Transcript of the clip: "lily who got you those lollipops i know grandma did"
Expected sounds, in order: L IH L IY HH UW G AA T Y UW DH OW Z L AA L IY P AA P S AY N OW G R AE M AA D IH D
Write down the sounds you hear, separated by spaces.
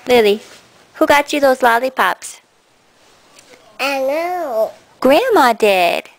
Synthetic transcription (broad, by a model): L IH L IY HH UW G AA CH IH DH OW Z L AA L IY P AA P S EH L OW G R AE M AA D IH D